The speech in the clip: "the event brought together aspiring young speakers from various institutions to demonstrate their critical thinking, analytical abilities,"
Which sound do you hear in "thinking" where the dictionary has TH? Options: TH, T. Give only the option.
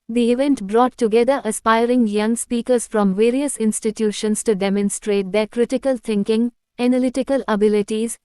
T